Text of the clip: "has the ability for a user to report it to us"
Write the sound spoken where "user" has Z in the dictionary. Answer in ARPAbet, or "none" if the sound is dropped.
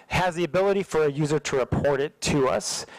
Z